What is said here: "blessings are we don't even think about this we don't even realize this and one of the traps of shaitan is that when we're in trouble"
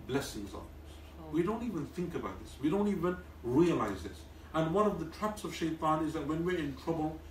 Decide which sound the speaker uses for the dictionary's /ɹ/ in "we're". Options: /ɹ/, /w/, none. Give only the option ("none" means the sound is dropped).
/ɹ/